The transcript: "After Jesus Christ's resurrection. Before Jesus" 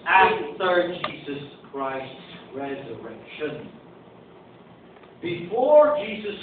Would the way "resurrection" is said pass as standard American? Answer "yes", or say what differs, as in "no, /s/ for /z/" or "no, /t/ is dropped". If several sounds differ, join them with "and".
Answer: yes